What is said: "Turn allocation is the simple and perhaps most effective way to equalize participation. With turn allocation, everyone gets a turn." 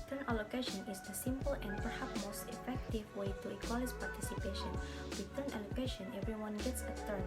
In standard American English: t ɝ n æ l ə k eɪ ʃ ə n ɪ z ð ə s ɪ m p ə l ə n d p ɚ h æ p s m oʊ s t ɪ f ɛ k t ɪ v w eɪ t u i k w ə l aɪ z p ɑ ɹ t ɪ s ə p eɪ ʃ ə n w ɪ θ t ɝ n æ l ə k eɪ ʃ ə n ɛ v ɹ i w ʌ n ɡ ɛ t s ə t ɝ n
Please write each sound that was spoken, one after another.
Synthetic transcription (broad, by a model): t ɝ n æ l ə k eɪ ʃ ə n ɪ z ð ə s ɪ m p ə l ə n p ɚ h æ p m oʊ s t ɪ f ɛ k t ɪ v w eɪ t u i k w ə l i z p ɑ ɹ t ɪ s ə p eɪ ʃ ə n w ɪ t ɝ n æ l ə k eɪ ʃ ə n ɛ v ɹ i w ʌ n ɡ ɛ t s ə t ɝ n